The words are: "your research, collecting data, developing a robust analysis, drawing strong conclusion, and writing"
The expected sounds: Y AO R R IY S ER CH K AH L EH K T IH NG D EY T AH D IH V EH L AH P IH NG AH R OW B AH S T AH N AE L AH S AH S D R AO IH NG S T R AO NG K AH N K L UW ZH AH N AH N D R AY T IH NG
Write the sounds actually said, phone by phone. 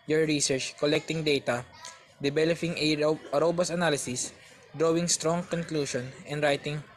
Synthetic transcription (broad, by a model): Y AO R R IY S ER CH K AH L EH K T IH NG D EY T AH D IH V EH L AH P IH NG AH R OW B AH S AH N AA L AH S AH S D R AO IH NG S T R AO NG K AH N K L UW SH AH N AH N D R AY T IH NG